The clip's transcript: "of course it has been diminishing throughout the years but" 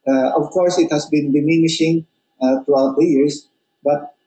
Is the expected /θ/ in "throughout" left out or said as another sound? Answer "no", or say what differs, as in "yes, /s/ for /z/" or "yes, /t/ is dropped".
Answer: yes, /t/ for /θ/